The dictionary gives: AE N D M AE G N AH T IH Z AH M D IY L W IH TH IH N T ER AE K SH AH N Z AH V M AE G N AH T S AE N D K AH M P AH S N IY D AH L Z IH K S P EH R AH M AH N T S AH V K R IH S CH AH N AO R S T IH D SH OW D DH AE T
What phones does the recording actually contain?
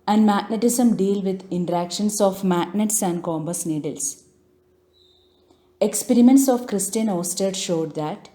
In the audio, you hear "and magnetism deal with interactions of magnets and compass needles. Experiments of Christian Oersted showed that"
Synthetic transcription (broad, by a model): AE N D M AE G N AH T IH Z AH M D IY L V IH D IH N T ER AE K SH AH N S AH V M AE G N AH T S AE N D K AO M B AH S N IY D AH L S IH K S P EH R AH M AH N T S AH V K R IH S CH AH N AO S T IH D SH OW D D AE T